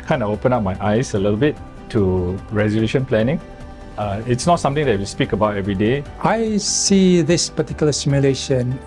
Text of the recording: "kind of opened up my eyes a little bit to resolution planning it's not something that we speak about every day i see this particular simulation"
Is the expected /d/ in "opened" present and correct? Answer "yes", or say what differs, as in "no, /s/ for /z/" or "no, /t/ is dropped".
no, /d/ is dropped